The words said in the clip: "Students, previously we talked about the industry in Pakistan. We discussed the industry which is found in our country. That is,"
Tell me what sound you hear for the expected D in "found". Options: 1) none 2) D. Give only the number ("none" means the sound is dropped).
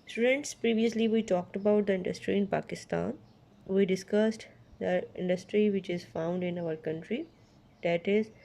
2